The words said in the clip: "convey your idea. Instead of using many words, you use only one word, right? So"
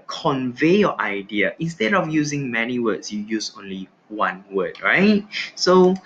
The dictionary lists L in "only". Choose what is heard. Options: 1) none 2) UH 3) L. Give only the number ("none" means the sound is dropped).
3